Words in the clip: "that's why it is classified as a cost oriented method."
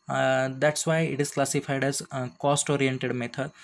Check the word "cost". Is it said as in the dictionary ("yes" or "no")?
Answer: yes